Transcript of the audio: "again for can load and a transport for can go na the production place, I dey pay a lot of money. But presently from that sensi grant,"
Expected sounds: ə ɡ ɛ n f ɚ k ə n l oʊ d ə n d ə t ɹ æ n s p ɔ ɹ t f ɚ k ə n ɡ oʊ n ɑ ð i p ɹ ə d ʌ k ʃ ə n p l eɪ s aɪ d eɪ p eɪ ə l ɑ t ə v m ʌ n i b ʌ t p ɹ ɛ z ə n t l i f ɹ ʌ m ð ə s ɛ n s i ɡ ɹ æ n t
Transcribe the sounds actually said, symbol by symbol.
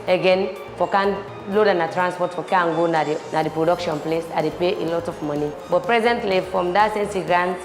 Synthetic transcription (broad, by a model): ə ɡ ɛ n f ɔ k ə n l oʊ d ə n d ə t ɹ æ n s p ɔ t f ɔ k ə n ɡ oʊ n ɑ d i p ɹ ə d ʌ k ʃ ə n p l eɪ s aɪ d eɪ p eɪ ə l ɑ t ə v m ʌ n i b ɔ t p ɹ ɛ z ə n t l i f ɹ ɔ m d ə s ɛ n s i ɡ ɹ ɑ n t